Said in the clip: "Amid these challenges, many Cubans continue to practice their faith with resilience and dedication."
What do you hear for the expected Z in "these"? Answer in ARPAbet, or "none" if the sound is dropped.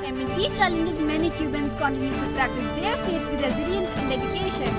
none